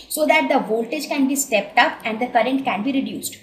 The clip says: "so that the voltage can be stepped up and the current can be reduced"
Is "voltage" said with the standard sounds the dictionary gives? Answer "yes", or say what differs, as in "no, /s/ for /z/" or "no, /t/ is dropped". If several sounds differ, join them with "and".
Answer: yes